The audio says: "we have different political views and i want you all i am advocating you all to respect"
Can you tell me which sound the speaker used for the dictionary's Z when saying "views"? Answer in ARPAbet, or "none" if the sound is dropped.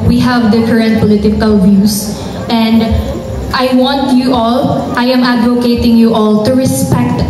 S